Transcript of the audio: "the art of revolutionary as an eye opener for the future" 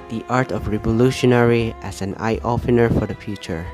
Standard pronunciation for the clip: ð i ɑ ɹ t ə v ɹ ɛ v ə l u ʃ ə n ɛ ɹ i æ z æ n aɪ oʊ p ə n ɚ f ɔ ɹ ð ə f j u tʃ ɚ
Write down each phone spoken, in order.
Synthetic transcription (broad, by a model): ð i ɑ ɹ t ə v ɹ ɛ v ə l u ʃ ə n ɛ ɹ i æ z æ n aɪ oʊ f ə n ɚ f ɔ ɹ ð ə f j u tʃ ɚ